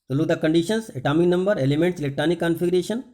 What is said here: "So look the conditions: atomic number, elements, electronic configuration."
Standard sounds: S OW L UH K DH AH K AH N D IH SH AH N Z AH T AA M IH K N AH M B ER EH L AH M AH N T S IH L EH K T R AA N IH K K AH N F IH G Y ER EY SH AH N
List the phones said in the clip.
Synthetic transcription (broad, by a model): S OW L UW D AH K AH N D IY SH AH N S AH T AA M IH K N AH M B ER EH L AH M AH N T S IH L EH K T R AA N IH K K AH N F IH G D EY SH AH N